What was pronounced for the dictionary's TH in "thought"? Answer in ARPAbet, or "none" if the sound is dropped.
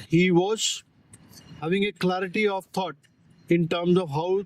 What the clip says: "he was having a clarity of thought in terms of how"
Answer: T